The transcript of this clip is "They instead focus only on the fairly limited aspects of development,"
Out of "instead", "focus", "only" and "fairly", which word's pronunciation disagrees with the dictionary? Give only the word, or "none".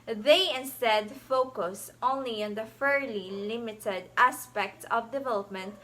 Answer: none